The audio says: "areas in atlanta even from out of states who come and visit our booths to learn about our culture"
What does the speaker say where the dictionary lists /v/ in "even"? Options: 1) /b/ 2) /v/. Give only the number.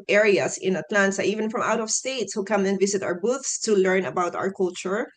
2